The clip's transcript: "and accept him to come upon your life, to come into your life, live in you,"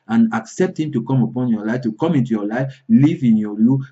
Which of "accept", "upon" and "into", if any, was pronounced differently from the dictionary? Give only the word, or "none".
none